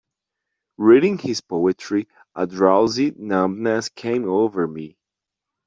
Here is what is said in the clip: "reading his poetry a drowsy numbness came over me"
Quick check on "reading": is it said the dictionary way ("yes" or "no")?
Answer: yes